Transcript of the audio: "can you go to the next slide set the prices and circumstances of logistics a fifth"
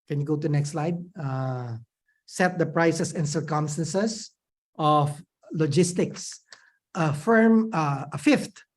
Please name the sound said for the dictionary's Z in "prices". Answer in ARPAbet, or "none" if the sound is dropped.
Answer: S